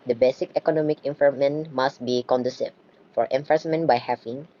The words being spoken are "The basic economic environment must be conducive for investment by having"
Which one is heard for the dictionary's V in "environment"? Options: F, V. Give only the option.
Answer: F